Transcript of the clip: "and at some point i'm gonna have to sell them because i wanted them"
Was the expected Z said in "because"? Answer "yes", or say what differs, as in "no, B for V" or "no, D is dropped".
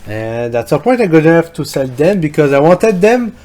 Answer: yes